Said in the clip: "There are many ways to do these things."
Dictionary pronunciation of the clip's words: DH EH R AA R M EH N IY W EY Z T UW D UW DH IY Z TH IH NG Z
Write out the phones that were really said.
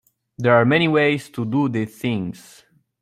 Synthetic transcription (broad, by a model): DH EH R AA R M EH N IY W EY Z T UW D UW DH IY TH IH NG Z